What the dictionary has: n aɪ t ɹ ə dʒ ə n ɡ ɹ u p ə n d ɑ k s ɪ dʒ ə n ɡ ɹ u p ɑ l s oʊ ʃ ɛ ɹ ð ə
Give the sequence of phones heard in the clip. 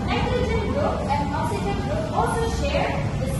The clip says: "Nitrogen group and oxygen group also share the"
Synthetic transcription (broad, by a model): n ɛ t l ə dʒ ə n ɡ ɹ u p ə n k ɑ s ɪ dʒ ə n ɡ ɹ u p ɑ l s oʊ ʃ ɛ ɹ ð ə